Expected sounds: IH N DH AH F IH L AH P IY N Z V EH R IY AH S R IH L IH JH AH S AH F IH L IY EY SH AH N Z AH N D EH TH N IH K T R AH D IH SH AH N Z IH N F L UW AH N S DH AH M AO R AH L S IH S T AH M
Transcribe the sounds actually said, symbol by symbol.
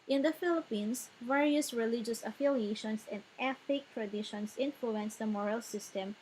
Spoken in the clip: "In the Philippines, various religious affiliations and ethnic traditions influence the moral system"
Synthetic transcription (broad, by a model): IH N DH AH F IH L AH P IY N S V EH R IY AH S R IH L IH JH AH S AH F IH L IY EY SH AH N S AH N D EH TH IH K T R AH D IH SH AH N S IH N F L UW AH N S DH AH M AO R AH L S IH S T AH M